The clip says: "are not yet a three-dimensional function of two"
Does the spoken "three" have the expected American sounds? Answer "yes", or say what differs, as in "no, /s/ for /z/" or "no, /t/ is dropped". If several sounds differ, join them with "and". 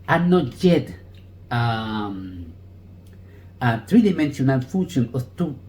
no, /t/ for /θ/